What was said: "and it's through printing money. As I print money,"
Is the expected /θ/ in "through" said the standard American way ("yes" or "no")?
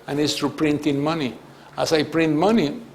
no